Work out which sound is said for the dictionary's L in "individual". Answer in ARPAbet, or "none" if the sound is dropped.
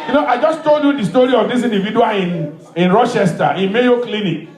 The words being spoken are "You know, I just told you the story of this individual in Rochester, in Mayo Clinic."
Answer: N